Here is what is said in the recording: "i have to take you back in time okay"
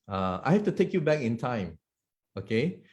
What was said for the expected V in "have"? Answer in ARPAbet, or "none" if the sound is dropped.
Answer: F